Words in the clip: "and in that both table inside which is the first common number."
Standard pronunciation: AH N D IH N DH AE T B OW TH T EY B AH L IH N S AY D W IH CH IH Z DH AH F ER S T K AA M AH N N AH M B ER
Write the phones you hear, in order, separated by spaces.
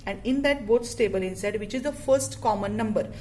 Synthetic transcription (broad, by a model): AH N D IH N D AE T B OW S T EY B AH L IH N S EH D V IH CH IH Z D AH F ER S T K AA M AH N N AH M B ER